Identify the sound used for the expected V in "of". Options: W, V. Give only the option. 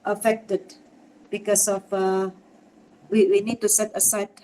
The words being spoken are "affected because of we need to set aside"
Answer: W